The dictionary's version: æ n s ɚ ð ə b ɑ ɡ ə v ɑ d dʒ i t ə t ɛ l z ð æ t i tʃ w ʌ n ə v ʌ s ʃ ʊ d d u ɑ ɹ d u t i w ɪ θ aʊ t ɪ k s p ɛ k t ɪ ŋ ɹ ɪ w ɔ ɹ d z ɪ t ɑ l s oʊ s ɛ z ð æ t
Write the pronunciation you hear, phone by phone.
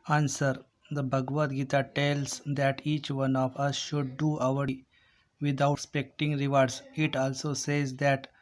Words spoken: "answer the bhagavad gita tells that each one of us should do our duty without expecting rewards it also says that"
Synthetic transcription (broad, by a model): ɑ n s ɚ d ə b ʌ ɡ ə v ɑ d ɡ i t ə t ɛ l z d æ t i tʃ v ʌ n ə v ʌ s ʃ ʊ d d u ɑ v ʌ t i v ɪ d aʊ ɪ s p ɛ k t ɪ ŋ ɹ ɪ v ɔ ɹ d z ɪ t ɑ l s oʊ s ɛ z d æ t